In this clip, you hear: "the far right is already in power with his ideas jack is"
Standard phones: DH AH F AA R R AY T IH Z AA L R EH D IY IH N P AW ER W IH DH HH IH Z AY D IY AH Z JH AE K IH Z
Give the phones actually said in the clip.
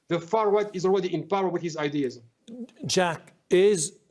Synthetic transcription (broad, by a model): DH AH F AA R W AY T IH Z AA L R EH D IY IH N P AW ER W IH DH HH IH Z AY D IY AH Z JH AE K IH Z